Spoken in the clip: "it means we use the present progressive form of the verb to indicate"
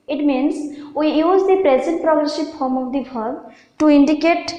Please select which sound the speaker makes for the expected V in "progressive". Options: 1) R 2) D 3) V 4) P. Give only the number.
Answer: 4